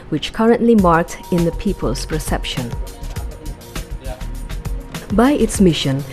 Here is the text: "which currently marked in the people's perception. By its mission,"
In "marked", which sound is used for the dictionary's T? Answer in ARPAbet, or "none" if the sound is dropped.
T